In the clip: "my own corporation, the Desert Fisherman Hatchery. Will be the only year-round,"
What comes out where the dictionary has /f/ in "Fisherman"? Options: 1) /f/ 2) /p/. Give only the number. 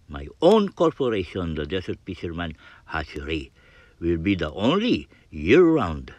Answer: 2